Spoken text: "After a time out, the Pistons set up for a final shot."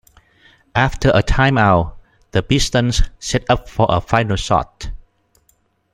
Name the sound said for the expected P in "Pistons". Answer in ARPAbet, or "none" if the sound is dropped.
B